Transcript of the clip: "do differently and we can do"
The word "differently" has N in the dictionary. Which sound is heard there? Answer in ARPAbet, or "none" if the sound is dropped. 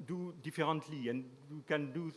none